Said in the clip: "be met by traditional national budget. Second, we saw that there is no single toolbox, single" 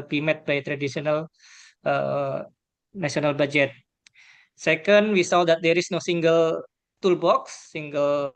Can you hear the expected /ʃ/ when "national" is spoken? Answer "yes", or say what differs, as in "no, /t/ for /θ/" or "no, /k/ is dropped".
no, /s/ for /ʃ/